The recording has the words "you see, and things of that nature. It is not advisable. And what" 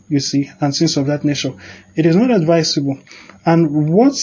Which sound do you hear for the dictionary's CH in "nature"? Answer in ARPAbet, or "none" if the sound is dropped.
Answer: SH